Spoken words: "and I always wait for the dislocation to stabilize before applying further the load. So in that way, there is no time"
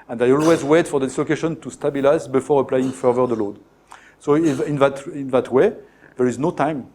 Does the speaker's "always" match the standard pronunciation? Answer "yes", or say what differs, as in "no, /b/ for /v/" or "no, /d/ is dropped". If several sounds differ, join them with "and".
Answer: yes